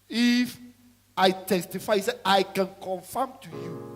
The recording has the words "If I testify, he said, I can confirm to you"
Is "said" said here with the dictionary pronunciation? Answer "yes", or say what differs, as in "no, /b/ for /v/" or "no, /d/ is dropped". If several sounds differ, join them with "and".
no, /d/ is dropped